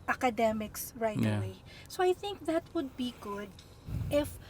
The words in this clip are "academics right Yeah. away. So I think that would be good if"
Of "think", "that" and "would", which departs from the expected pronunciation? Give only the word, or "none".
none